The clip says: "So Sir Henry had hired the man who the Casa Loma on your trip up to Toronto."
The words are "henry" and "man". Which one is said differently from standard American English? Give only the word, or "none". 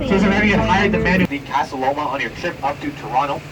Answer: henry